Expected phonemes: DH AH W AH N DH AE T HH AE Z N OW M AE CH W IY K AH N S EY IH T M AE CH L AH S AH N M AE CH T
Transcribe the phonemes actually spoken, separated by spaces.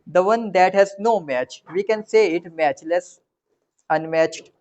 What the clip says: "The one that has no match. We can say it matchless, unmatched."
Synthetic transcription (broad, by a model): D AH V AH N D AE T HH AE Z N OW M AE CH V IY K AH N S EY IH T M AE CH L AH S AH N M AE CH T